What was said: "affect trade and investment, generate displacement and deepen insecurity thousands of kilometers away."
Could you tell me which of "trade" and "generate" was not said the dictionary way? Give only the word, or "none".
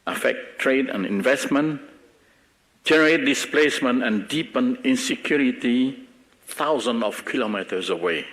none